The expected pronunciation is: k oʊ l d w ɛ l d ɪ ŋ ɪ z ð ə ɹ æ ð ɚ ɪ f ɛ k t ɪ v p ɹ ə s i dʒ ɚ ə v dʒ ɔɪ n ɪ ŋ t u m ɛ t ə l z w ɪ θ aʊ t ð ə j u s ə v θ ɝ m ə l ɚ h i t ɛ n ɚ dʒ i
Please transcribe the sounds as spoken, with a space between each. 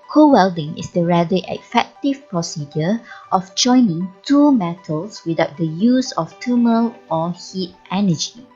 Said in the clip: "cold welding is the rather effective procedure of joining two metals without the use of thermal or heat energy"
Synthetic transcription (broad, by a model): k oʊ w ɛ l d ɪ ŋ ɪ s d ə ɹ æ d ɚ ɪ f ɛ k t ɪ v p ɹ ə s i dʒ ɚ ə f dʒ ɔɪ n ɪ ŋ t u m ɛ t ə l s w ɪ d aʊ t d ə j u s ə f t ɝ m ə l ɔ h i t ɛ n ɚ dʒ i